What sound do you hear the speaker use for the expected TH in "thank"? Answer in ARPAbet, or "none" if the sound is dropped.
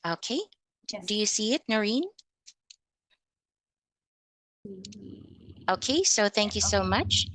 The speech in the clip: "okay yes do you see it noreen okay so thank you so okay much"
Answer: TH